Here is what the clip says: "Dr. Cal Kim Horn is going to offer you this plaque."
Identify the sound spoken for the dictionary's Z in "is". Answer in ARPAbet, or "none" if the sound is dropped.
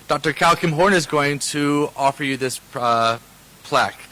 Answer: Z